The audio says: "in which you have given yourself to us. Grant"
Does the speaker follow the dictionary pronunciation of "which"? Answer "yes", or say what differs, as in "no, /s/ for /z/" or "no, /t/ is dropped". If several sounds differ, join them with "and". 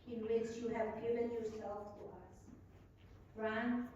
no, /s/ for /tʃ/